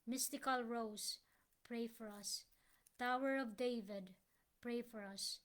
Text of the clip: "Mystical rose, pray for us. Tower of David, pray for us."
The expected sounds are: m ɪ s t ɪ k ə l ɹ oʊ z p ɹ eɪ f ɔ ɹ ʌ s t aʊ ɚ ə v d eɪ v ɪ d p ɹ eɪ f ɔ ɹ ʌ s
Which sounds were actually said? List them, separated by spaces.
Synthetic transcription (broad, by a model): m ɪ s t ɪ k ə l ɹ oʊ s p ɹ eɪ f ɔ ɹ ʌ s t aʊ ɚ ə v d eɪ v ɪ d p ɹ eɪ f ɔ ɹ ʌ s